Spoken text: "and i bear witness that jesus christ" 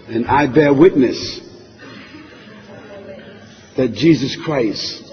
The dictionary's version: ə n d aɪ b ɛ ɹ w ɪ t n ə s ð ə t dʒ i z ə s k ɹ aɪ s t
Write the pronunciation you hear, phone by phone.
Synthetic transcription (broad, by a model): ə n aɪ b ɛ ɹ w ɪ t n ə s ð ə t dʒ i z ə s k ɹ aɪ s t